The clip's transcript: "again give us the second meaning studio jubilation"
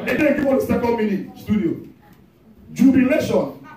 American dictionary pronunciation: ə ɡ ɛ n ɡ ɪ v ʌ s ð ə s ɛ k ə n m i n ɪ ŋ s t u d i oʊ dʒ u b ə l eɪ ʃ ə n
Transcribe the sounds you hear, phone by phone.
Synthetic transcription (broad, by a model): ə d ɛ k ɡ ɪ w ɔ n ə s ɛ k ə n m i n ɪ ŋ s t u d i oʊ dʒ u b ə l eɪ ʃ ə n